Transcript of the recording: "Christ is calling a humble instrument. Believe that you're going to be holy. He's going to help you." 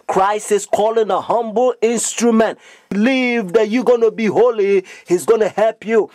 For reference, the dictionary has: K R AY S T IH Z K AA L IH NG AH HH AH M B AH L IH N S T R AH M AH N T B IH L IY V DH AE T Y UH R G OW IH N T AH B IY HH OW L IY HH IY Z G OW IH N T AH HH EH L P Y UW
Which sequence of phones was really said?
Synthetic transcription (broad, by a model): K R AY S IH S K AA L IH NG AH HH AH M B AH L IH N S T R AH M AH N T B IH L IY V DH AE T Y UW G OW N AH B IY HH OW L IY HH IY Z G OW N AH HH EH L P Y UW